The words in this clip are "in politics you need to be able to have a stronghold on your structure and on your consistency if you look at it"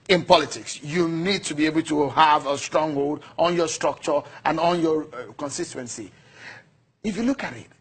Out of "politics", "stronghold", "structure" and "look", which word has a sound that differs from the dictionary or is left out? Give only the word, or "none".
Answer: none